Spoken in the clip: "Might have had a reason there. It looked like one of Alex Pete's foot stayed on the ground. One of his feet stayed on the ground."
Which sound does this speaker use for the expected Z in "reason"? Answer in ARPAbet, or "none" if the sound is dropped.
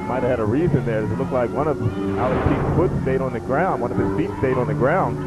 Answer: Z